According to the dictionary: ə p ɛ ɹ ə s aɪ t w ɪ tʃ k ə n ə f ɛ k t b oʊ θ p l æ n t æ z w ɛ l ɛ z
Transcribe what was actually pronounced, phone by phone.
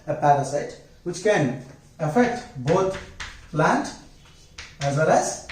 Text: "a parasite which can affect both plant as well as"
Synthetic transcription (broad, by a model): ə p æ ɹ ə s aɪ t w ɪ tʃ k ə n ə f ɛ k t b oʊ t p l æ n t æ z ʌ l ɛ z